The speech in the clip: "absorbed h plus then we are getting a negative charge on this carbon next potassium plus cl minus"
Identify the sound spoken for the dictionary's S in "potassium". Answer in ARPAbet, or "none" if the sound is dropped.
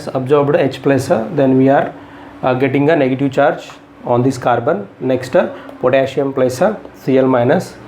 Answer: SH